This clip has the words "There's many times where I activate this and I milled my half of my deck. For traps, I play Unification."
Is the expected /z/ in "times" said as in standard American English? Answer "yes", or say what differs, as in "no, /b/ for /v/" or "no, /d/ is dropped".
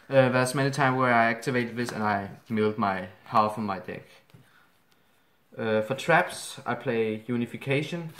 no, /z/ is dropped